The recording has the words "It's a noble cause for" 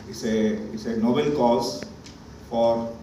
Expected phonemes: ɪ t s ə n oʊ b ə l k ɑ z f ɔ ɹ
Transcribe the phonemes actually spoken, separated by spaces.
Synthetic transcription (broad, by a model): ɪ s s ə n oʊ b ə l k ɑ s f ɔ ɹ